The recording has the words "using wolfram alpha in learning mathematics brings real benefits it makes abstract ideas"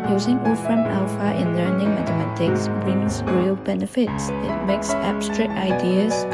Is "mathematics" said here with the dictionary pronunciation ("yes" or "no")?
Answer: no